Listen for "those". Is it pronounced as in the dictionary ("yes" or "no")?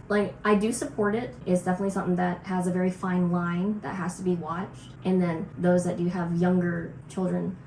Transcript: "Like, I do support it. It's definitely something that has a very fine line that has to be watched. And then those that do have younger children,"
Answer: yes